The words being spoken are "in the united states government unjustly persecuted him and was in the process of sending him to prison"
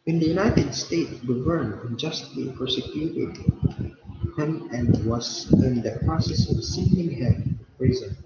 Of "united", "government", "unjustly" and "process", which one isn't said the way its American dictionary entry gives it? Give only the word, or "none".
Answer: government